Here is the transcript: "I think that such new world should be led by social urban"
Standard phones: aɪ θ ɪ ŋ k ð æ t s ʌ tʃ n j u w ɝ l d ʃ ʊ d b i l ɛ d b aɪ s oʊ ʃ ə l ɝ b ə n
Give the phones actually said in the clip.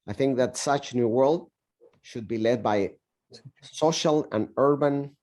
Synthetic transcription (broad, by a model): aɪ θ ɪ ŋ k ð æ t s ʌ tʃ n j u w ɝ l d ʃ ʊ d b i l ɛ d b aɪ s oʊ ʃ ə l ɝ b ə n